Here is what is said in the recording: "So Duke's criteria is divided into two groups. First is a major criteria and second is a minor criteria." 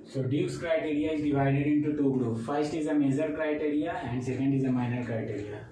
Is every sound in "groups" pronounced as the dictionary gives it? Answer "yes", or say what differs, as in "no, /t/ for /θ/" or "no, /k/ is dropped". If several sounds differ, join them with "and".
no, /s/ is dropped